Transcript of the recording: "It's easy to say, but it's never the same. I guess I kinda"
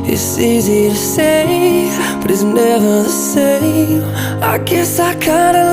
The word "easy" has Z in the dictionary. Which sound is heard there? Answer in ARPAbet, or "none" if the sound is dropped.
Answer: Z